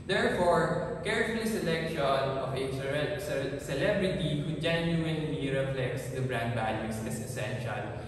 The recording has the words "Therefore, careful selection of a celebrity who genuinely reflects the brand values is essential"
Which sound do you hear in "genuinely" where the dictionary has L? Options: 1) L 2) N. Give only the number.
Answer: 2